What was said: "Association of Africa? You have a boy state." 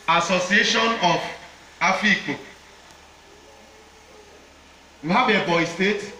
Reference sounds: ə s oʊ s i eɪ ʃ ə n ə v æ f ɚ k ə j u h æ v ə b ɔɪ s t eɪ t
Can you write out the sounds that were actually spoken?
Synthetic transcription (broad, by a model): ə s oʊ s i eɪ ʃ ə n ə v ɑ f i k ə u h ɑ b ə b ɔɪ s t eɪ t